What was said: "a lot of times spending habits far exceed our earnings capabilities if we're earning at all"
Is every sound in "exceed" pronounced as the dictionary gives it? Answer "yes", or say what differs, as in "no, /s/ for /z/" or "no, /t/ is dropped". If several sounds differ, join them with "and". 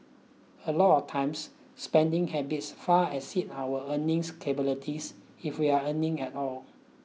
no, /k/ is dropped